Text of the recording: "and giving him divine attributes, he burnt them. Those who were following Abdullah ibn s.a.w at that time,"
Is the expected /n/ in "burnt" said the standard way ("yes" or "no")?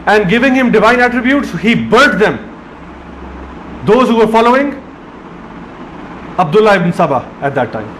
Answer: no